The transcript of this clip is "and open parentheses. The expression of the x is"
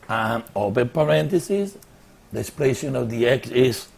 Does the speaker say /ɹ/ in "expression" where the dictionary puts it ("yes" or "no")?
no